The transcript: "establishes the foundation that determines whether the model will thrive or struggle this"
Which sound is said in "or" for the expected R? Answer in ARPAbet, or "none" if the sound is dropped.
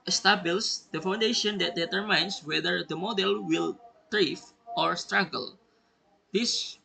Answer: R